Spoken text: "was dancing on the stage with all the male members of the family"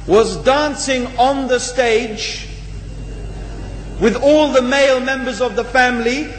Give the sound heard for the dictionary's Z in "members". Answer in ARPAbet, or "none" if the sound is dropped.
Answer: Z